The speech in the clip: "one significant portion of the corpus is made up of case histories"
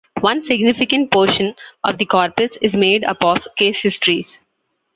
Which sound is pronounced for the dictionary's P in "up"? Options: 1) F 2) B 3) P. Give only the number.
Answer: 3